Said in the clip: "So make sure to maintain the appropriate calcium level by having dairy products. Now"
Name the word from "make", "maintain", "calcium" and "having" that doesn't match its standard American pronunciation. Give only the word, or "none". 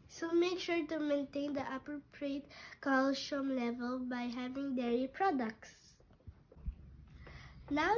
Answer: calcium